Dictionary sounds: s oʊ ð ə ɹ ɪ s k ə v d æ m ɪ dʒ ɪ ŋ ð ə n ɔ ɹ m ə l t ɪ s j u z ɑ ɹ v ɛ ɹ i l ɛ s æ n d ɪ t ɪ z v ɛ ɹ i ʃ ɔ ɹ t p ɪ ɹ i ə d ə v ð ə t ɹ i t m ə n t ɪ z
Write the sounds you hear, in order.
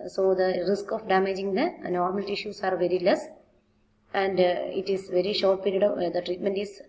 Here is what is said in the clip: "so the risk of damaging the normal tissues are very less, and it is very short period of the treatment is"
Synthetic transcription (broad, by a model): s oʊ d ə ɹ ɪ s k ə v d æ m ɪ dʒ ɪ ŋ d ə n ɔ ɹ m ə l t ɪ ʃ j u s ɑ ɹ v ɛ ɹ i l ɛ s æ n d ɪ t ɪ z v ɛ ɹ i ʃ ɔ ɹ t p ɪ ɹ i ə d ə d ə t ɹ i t m ə n t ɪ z